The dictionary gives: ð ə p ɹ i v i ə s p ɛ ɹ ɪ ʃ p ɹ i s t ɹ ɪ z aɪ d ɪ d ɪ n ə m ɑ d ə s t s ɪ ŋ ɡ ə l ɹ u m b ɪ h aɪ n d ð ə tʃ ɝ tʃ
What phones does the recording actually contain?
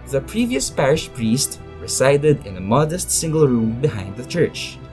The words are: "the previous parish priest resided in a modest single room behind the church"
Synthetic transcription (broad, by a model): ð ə p ɹ i v i ə s p ɛ ɹ ɪ ʃ p ɹ i s t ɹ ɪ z aɪ d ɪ d ɪ n ə m ɑ d ə s t s ɪ ŋ ɡ ə l ɹ u m b ɪ h aɪ n d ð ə tʃ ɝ tʃ